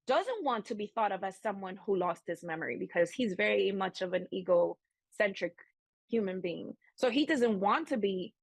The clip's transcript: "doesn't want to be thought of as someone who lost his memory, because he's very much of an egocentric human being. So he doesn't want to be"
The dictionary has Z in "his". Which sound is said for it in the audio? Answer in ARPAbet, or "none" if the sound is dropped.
S